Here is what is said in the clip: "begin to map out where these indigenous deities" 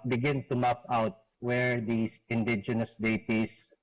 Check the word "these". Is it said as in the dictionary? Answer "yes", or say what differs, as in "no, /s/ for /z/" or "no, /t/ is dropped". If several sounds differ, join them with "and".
no, /s/ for /z/